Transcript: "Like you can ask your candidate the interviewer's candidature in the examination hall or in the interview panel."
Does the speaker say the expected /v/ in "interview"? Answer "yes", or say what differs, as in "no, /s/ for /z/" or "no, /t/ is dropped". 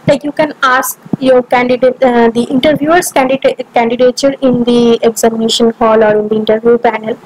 yes